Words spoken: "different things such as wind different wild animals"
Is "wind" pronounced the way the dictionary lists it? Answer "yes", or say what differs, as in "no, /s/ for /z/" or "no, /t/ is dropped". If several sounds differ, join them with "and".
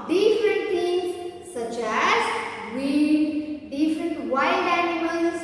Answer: no, /n/ is dropped